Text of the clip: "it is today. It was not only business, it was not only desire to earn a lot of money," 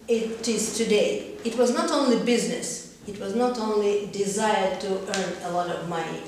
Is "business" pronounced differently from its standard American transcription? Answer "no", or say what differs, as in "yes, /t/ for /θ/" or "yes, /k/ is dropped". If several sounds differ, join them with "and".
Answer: no